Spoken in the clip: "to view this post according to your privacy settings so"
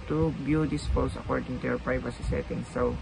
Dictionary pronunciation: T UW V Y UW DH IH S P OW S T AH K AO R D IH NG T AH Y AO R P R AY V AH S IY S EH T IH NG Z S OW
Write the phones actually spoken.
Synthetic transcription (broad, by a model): T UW B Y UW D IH S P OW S AH K AO R D IH NG T AH Y AO R P R AY V AH S IY S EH T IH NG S OW